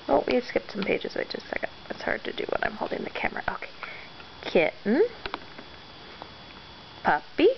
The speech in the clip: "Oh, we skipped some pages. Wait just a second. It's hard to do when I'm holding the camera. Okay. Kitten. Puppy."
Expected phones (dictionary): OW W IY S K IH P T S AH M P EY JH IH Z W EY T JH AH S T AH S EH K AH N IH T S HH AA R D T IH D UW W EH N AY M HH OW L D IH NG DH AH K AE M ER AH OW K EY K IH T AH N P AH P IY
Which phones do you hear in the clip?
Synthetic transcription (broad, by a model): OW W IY S K IH P T S AH M P EY JH IH Z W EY JH AH S T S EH AH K IH T S HH AA R D T IH D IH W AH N AY M HH OW L D IH NG DH AH K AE M ER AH OW K EY K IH T N P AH P IY